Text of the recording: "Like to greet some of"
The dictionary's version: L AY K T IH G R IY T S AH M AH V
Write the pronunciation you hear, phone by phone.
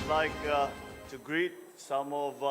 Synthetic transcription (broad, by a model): L AY K T IH G R IY T S AH M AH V